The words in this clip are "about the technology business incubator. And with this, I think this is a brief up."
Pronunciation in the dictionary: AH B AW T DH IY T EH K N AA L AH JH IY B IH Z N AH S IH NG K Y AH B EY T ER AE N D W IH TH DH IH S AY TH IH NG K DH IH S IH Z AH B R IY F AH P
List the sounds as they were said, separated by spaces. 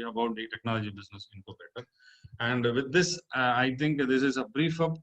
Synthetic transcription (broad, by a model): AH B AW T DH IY T EH K N AA L AH JH IY B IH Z N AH S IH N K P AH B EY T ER AE N D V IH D IH S AY T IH NG K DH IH S IH Z AH B R IY F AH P